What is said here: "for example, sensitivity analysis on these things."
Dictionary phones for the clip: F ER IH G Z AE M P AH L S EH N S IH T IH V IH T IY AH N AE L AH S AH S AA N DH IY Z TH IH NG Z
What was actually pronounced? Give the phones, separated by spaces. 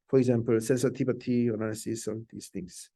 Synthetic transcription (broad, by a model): F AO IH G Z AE M P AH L S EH N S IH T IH B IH T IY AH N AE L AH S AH S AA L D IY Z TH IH NG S